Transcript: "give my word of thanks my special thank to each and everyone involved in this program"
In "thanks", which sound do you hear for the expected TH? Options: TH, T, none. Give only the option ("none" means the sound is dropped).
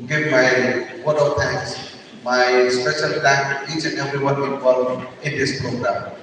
T